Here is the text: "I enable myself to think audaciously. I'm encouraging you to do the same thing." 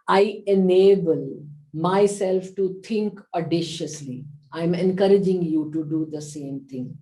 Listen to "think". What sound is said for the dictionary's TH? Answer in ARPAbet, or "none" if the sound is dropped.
T